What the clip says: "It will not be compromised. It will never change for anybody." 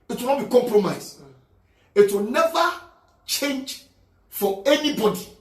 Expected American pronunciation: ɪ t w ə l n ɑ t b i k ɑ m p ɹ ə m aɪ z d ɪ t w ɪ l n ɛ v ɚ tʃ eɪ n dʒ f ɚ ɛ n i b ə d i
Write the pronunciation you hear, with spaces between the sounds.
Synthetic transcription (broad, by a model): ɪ t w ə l n ɑ t b i k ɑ m p ɹ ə m aɪ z ɪ t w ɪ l n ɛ v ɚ tʃ eɪ n dʒ f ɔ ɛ n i b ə d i